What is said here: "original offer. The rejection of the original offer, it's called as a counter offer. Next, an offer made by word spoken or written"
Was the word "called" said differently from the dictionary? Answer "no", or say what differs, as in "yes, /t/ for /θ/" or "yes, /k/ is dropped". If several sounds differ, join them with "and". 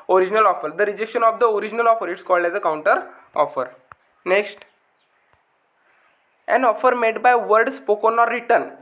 no